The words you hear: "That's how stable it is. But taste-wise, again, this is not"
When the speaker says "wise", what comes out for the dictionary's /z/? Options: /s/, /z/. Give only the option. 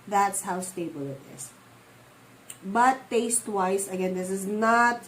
/s/